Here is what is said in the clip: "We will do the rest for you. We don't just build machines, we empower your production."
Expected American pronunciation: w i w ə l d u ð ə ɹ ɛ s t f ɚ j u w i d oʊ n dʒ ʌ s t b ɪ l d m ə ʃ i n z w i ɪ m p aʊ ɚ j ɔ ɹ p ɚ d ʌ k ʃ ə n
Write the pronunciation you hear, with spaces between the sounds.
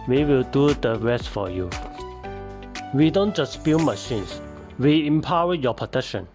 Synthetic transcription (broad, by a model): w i w ə l d u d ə ɹ ɛ s t f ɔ j u w i d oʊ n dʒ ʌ s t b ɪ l m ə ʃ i n s w i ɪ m p aʊ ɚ j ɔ p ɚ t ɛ k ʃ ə n